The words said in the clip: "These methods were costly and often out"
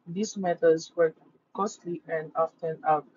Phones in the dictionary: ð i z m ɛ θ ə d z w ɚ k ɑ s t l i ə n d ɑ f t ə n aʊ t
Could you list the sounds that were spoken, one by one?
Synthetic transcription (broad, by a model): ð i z m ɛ t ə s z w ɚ k ɑ s t l i ə n d ɑ f t ə n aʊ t